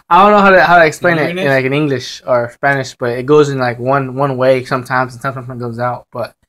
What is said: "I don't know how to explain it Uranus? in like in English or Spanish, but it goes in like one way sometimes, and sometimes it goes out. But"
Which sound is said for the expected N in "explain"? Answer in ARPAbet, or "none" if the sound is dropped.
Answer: none